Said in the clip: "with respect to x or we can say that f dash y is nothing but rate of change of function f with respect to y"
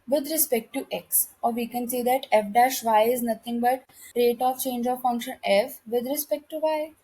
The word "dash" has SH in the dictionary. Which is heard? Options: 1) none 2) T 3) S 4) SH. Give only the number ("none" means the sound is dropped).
4